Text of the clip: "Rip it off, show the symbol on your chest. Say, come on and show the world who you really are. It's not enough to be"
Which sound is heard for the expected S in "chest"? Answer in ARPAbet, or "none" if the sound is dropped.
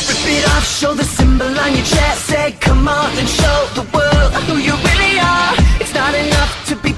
none